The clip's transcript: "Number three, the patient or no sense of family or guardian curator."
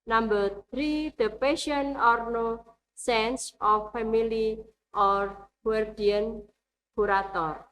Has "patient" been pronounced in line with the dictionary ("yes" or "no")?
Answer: no